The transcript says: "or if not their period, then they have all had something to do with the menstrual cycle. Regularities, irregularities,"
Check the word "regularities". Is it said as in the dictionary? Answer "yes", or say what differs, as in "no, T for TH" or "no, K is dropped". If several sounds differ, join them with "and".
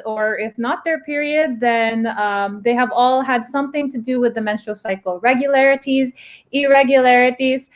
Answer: yes